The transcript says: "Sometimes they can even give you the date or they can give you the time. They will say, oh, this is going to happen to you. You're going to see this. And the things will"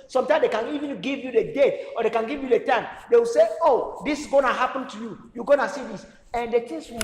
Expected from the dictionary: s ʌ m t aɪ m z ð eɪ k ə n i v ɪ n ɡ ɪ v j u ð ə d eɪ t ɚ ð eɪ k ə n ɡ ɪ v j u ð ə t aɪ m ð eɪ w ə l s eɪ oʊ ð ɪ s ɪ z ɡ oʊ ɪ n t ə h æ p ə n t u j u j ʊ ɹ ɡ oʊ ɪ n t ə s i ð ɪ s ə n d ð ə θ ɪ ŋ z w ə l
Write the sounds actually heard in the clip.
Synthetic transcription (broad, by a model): s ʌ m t aɪ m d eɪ k ə n i v ɪ n ɡ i v j u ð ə d eɪ t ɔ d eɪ k ə n ɡ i v j u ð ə t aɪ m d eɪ w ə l s eɪ oʊ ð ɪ s ɡ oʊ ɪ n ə h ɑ p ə n t u j u j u ɡ oʊ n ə s i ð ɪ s ə n d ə t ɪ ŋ s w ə